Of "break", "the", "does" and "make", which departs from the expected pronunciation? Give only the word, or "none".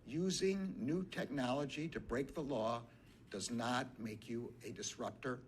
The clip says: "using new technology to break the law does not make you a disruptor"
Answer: none